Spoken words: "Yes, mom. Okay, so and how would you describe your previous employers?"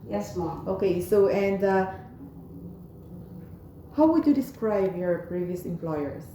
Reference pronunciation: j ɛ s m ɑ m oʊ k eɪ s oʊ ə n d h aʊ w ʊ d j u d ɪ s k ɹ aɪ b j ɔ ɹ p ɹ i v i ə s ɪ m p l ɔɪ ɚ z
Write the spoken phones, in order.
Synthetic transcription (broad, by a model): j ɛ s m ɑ oʊ k eɪ s oʊ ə n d h aʊ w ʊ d j u d ɪ s k ɹ aɪ b j ɔ ɹ p ɹ i v i ə s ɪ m p l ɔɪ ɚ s